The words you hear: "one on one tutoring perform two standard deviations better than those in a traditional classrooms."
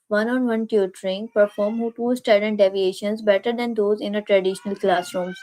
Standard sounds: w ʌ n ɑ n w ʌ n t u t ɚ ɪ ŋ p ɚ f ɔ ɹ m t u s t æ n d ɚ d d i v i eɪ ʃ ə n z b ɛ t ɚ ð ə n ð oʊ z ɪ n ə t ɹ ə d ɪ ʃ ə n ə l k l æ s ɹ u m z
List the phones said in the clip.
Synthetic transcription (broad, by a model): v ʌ n ɑ n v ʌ n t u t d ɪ ŋ p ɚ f ɔ ɹ m t u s t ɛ d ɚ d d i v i eɪ ʃ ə n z b ɛ t ɚ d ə n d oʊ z ɪ n ə t ɹ ə d ɪ ʃ ə n ə l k l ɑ s ɹ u m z